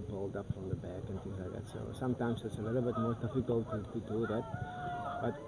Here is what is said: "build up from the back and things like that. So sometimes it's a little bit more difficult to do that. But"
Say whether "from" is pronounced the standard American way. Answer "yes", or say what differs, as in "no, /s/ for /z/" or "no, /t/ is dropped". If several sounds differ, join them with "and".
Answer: yes